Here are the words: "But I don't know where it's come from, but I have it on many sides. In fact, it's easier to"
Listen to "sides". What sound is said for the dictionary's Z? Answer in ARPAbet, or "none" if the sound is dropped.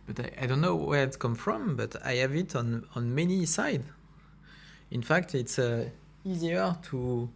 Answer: none